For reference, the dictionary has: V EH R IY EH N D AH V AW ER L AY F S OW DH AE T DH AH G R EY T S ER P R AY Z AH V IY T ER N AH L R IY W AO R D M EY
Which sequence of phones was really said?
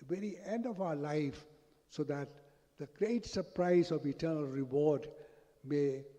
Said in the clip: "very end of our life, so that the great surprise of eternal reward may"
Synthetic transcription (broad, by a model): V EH R IY EH N D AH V AW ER L AY F S OW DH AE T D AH G R EY T S ER P R AY Z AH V IY T ER N AH L R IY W AO R D M EY